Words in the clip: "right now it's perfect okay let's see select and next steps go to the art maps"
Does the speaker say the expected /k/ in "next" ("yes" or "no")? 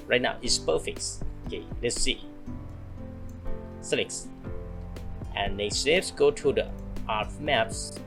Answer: no